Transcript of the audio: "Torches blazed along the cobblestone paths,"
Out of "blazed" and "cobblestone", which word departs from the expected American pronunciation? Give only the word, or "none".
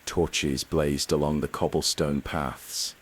none